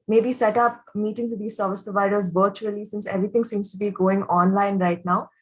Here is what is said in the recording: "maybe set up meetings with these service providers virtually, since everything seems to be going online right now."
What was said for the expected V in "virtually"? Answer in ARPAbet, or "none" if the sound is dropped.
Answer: V